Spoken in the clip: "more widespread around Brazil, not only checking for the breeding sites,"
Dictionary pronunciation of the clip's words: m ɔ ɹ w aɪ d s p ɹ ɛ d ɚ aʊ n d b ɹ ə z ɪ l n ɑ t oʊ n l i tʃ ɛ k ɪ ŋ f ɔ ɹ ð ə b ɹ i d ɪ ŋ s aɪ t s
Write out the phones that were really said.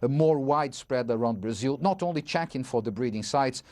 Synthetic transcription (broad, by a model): m ɔ ɹ w aɪ d s p ɹ ɛ d ɚ aʊ n d b ɹ ə z ɪ l n ɑ t oʊ n l i tʃ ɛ k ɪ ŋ f ɔ ɹ ð ə b ɹ i d ɪ ŋ s aɪ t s